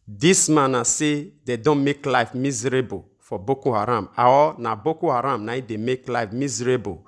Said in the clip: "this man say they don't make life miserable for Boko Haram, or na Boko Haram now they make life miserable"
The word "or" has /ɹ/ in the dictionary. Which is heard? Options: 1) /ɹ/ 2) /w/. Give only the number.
2